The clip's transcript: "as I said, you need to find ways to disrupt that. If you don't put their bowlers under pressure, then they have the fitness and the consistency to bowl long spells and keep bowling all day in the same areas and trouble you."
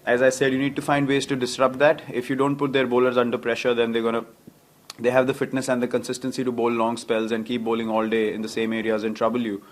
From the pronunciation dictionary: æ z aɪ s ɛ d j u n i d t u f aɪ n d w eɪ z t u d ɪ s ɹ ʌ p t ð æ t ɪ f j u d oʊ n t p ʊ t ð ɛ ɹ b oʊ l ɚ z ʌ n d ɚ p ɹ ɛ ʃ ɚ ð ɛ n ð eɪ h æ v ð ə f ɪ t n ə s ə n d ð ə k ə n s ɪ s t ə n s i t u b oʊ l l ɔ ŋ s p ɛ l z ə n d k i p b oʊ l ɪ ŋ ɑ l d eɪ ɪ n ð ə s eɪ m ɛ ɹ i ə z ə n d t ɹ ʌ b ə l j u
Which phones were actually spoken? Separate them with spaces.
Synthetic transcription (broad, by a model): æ z aɪ s ɛ d j u n i d t u f aɪ n d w eɪ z t u d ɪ s ɹ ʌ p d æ t ɪ f j u d oʊ n t p ʊ t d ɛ ɹ b oʊ l ɚ z ʌ n d ɚ p ɹ ɛ ʃ ɚ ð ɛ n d eɪ h æ v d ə f ɪ t n ə s ə n d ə k ə n s ɪ s t ə n s i t u b oʊ l l ɔ ŋ s p ɛ l z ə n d k i p b oʊ l ɪ ŋ ɑ l d eɪ ɪ n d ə s eɪ m ɛ ɹ i ə z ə n t ɹ ʌ b ə l j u